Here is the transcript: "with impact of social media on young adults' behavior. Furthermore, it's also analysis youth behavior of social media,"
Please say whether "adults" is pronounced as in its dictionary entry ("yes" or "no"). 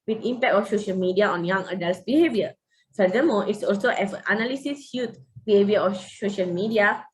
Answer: yes